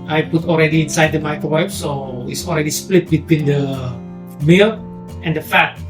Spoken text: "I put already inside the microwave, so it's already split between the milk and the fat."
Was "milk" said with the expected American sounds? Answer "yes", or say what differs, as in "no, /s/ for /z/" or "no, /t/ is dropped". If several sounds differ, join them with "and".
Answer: no, /k/ is dropped